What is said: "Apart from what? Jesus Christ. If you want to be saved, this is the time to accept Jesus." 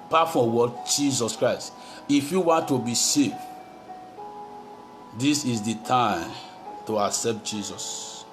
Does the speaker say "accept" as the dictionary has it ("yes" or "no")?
yes